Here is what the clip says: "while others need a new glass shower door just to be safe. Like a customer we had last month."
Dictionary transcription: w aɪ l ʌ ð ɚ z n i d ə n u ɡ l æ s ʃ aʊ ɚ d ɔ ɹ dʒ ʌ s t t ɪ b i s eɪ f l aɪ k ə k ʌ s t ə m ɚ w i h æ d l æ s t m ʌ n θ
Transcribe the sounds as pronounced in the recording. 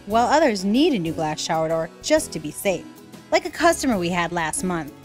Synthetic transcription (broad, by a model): w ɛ l ʌ ð ɚ z n i d ə n u ɡ l æ s ʃ aʊ ɚ d ɔ ɹ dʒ ʌ s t t ɪ b i s eɪ f l aɪ k ə k ʌ s t ə m ɚ w i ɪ d l æ s t m ʌ n θ